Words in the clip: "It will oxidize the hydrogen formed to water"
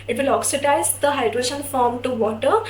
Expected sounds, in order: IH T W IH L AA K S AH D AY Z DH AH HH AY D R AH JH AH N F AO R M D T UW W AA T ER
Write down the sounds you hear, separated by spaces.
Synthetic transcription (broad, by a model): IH T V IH L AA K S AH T AY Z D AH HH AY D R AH SH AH N F AO R M T UW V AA T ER